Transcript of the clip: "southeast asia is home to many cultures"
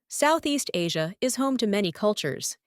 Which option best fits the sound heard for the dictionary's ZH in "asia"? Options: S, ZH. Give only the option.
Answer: ZH